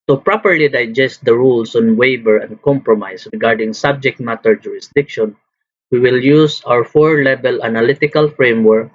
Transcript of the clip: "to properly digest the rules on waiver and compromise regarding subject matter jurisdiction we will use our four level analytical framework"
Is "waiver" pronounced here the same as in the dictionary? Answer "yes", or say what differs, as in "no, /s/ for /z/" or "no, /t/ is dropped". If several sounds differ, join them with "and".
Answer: no, /b/ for /v/